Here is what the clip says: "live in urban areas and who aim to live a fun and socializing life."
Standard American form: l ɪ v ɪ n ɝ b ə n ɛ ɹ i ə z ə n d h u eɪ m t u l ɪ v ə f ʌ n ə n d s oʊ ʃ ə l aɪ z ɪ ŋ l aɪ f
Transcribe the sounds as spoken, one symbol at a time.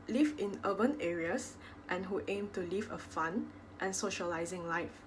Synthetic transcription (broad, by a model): l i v ɪ n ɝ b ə n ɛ ɹ i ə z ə n h u eɪ m t u l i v ə f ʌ n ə n s oʊ ʃ ə l aɪ z ɪ ŋ l aɪ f